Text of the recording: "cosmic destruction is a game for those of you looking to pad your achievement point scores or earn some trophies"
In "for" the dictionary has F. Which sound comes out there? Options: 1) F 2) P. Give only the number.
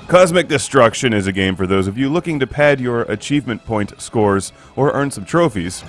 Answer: 1